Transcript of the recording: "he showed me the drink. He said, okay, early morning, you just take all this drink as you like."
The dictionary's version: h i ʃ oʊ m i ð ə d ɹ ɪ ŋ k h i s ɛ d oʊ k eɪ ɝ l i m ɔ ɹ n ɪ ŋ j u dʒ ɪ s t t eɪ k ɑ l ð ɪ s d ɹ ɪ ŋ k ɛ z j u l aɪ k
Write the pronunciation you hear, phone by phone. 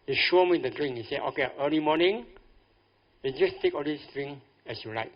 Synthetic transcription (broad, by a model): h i ʃ oʊ m i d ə d ɹ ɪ ŋ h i s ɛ oʊ k eɪ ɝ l i m ɔ n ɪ ŋ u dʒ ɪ s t t eɪ k ɑ l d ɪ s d ɹ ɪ ŋ ɛ s j u l aɪ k